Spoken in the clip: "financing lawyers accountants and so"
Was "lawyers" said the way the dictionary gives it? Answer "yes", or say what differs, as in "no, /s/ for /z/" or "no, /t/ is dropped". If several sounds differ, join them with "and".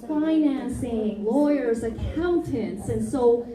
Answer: yes